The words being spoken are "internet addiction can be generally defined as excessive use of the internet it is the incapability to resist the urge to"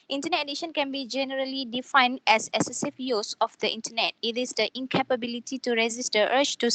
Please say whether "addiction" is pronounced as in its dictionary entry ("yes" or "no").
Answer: no